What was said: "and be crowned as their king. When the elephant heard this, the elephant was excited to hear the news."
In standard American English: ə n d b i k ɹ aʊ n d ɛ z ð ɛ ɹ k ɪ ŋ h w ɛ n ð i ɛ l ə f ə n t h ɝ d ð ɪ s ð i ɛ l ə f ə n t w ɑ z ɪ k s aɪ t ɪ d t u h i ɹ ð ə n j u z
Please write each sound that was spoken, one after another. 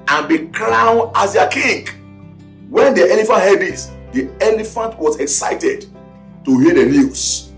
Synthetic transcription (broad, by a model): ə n b i k l aʊ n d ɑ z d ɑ k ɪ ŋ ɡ w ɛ n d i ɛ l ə f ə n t h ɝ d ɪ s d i ɛ l ə f ə n t w ɑ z ɪ k s aɪ t ɪ d t u h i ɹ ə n j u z